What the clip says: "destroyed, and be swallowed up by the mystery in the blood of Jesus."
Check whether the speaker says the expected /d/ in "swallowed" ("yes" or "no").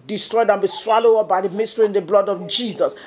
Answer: no